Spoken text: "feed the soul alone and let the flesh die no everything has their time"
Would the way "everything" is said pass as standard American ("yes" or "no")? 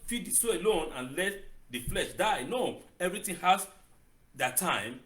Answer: no